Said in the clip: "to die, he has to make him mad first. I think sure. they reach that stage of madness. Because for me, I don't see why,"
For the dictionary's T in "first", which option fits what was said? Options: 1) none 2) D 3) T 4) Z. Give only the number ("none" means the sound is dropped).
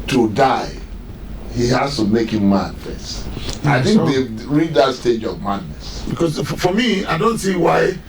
1